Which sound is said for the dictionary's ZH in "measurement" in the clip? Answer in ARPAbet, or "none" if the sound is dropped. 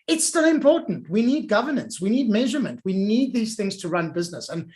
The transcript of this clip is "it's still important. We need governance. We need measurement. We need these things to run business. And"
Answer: ZH